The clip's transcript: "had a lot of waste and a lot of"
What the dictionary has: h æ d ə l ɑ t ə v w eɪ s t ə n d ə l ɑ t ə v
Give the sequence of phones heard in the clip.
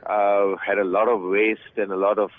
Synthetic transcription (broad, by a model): h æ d ə l ɑ t ə v w eɪ s t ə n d ə l ɑ t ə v